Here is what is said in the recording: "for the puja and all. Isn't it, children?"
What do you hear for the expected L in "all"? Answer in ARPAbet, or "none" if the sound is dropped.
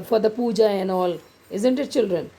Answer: L